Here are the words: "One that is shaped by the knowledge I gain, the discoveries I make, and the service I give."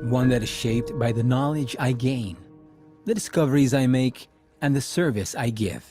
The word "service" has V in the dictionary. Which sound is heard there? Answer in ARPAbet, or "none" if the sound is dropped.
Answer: V